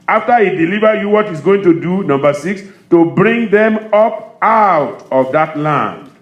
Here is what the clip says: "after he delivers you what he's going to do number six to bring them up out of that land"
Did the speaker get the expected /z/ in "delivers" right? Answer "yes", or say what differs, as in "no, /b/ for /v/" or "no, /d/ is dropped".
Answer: no, /z/ is dropped